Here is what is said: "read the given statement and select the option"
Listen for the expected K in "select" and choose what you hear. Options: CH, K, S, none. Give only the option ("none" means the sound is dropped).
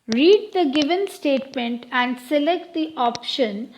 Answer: K